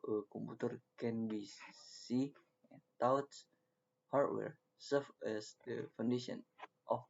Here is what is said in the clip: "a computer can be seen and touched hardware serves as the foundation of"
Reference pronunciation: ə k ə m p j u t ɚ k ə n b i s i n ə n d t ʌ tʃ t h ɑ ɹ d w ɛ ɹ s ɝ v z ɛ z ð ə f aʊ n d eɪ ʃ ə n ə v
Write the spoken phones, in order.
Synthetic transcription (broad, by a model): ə k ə m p u t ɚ k ə n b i s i ə n t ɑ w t h ɑ ɹ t w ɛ ɹ s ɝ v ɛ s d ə f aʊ n d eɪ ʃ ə n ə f